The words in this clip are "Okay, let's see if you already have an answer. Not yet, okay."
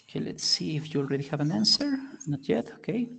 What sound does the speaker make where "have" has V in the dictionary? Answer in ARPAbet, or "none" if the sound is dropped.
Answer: V